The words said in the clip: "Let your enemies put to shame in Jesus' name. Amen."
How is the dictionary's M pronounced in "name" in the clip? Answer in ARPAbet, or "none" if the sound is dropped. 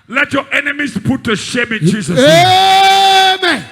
none